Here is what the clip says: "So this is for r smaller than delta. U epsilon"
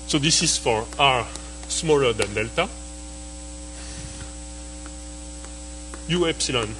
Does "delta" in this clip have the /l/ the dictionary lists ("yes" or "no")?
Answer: yes